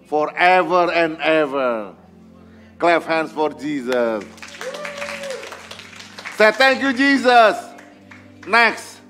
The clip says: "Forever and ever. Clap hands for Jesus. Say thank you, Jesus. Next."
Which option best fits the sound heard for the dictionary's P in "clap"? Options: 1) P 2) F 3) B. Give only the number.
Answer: 2